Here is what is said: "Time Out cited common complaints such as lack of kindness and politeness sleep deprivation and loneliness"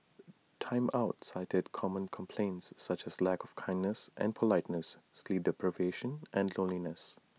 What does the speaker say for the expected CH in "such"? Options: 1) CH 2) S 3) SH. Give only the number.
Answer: 1